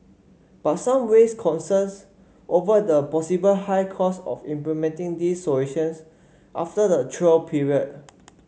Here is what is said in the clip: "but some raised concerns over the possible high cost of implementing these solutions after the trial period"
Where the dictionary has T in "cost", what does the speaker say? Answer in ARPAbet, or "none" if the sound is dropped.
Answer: none